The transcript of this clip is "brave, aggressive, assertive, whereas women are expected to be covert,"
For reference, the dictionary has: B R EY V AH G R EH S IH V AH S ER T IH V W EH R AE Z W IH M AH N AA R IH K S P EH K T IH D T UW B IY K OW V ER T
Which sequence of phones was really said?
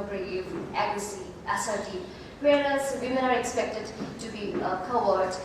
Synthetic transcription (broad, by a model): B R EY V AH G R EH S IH AH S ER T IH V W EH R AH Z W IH M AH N AA R IH K S P EH K T IH D T UW B IY K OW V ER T